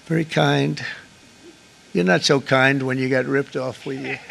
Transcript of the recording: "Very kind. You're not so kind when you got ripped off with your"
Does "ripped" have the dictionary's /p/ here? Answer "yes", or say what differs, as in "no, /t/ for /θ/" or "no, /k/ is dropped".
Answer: yes